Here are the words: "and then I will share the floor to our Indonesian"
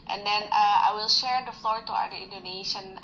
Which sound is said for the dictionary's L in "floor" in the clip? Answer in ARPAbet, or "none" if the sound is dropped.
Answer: L